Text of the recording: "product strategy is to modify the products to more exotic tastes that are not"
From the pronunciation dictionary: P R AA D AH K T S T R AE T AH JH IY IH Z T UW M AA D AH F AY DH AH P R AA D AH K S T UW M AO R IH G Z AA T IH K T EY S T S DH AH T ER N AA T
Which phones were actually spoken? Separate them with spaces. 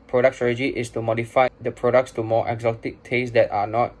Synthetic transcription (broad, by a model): P R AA D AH K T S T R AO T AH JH IY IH S T UW M AA D AH F AY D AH P R AA D AH K S T UW M AO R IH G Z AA T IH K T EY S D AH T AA N AA T